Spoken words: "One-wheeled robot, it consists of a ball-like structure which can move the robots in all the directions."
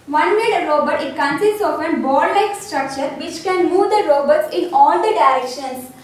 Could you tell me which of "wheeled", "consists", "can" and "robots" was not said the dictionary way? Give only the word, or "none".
wheeled